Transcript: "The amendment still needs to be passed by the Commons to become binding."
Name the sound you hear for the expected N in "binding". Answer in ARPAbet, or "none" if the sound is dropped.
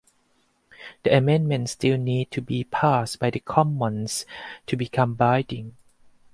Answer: none